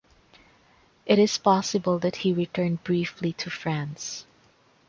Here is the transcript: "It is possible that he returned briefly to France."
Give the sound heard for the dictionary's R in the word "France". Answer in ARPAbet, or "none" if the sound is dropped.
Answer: R